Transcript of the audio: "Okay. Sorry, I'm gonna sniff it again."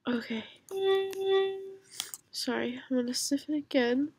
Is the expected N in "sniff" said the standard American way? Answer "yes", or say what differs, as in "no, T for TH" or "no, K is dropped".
no, N is dropped